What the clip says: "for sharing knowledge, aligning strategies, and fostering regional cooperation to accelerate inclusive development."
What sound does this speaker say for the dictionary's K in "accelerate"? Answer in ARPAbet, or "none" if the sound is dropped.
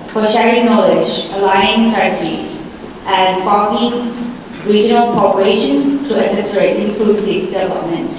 none